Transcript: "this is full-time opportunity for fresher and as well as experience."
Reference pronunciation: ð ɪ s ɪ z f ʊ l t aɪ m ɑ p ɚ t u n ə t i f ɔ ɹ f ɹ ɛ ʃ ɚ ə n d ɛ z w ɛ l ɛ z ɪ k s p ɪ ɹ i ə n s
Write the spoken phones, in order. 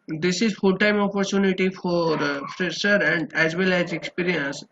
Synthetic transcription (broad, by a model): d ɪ s ɪ z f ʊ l t aɪ m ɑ p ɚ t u n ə t i f ɔ ɹ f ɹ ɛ s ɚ ə n d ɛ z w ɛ l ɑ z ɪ k s p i ɹ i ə n s